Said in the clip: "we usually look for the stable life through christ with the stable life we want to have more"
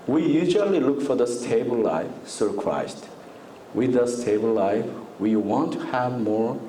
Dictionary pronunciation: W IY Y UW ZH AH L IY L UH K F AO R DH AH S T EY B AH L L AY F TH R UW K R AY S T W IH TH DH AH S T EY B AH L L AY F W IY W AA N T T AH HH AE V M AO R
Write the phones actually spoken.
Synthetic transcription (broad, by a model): W IY Y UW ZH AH L IY L UH K F AO R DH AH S T EY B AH L L AY F S R K R AY S T W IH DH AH S T EY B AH L L AY F W IY W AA N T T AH HH AE V M AO R